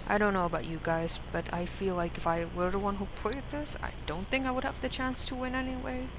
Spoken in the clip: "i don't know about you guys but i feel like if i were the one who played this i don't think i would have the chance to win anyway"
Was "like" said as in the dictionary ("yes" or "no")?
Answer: yes